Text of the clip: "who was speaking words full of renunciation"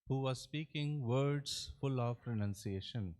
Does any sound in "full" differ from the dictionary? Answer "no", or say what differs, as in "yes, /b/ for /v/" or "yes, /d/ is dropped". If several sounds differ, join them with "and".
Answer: no